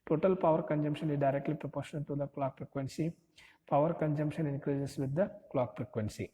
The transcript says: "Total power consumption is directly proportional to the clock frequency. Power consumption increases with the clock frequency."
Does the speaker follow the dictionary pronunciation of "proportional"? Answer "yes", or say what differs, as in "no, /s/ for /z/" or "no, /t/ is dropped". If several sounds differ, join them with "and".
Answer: no, /n/ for /l/